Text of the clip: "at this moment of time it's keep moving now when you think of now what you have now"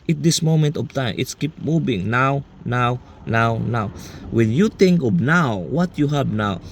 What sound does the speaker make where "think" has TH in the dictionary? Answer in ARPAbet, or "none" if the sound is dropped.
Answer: T